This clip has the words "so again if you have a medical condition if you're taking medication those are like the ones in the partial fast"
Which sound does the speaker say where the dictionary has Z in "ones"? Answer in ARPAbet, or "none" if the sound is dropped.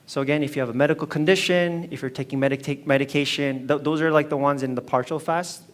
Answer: Z